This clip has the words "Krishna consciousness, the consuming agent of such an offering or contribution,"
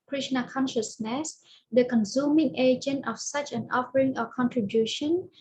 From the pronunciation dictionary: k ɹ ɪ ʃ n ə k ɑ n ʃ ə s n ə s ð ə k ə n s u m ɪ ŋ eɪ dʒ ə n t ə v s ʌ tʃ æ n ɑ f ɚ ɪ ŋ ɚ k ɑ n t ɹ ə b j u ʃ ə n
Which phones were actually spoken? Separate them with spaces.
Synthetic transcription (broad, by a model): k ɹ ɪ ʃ n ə k ɑ n ʃ ə s n ə s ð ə k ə n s u m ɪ ŋ eɪ dʒ ə n t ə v s ʌ tʃ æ n ɑ f ɚ ɪ ŋ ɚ k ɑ n t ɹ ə b j u ʃ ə n